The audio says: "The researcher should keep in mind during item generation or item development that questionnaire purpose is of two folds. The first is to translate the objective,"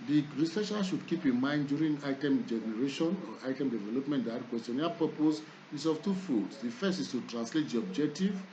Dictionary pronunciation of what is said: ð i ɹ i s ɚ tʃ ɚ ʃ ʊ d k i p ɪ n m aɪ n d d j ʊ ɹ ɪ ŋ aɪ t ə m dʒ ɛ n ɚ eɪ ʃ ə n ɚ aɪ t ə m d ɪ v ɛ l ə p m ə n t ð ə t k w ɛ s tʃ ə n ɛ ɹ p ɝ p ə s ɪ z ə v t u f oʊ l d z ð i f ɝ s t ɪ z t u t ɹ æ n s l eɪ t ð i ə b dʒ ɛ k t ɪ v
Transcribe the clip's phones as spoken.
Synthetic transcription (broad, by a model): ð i ɹ i s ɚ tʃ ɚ ʃ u d k i p ɪ n m aɪ n d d j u ɹ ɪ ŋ aɪ t ə m dʒ ɛ n ɚ eɪ ʃ ə n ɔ aɪ t ə m d ɪ v ɛ l ə p m ə n t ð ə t k w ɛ s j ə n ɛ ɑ p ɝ p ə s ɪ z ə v t u f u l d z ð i f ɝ s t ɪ s t u t ɹ æ n s l eɪ t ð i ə b dʒ ɛ k t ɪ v